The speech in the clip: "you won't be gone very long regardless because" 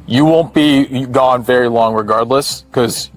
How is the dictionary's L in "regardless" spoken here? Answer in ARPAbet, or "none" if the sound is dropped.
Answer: L